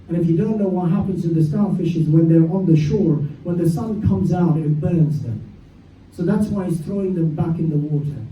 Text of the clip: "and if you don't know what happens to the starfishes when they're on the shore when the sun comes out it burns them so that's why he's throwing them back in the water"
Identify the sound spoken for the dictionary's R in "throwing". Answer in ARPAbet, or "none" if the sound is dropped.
R